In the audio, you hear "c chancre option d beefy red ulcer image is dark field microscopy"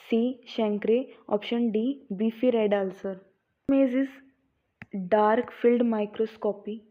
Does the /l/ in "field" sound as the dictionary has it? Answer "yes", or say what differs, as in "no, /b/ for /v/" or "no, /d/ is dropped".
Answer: yes